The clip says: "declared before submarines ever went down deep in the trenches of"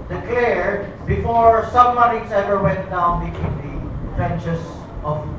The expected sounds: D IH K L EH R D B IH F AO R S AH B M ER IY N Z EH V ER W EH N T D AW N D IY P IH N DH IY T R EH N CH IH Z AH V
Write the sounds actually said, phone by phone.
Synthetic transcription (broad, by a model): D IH K L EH R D B IH F AO R S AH M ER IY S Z EH V ER W EH N T D AW N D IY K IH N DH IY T R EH N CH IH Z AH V